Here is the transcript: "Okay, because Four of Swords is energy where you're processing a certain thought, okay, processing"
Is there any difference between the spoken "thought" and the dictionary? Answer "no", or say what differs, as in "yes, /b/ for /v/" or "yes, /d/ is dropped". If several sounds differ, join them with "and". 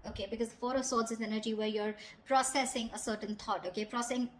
yes, /t/ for /θ/